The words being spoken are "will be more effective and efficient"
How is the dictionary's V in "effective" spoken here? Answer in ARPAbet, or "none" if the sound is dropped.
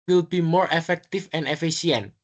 F